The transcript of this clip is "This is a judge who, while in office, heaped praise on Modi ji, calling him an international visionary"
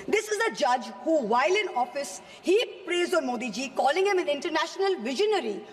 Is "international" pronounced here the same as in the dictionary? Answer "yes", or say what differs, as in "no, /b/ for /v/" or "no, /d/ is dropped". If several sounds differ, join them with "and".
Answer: yes